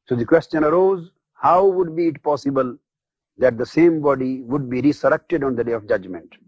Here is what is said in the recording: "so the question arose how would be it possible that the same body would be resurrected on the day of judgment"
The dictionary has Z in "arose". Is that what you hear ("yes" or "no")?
yes